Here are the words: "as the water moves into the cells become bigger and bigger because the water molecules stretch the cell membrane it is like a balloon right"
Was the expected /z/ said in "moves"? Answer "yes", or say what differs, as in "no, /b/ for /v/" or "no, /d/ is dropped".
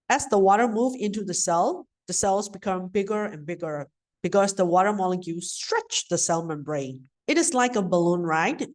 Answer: no, /z/ is dropped